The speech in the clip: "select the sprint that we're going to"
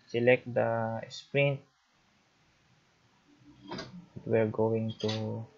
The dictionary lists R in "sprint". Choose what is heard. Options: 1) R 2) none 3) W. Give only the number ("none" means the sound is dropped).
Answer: 1